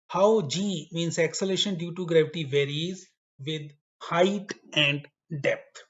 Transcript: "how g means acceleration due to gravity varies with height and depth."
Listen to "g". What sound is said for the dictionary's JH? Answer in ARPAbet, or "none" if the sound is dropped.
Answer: JH